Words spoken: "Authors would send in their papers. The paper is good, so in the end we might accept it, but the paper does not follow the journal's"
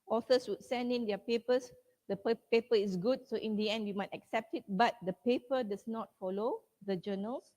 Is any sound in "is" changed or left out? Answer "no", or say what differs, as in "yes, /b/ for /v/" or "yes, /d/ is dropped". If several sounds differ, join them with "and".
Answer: yes, /s/ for /z/